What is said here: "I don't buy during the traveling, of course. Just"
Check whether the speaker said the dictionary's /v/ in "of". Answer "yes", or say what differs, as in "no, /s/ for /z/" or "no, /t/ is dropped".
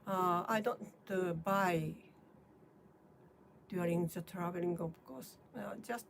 no, /b/ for /v/